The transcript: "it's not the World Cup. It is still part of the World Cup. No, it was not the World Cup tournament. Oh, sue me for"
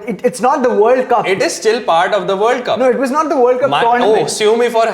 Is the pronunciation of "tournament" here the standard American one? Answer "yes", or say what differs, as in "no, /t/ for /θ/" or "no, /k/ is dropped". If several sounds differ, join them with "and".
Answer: no, /m/ is dropped